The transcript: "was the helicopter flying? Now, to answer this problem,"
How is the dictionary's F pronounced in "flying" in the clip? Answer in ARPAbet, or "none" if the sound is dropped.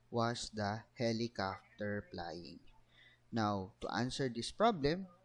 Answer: P